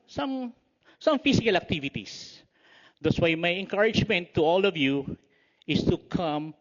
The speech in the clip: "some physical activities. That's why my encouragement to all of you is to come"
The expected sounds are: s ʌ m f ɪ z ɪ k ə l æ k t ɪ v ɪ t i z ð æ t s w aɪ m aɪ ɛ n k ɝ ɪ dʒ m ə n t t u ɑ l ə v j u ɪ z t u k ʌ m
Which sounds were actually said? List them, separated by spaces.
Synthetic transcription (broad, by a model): s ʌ m f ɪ s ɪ k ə l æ k t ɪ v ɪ t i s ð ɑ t s w aɪ m aɪ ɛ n k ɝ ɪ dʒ m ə n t t u ɑ l ə v j u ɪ s t u k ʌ m